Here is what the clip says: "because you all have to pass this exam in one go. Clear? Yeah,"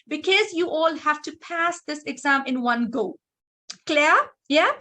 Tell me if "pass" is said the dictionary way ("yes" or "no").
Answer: yes